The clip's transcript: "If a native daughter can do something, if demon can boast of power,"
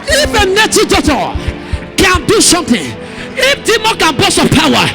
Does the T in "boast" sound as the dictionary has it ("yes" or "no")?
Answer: no